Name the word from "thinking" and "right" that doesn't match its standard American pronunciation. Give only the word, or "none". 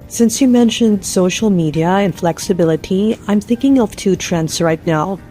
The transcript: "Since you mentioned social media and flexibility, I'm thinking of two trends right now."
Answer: none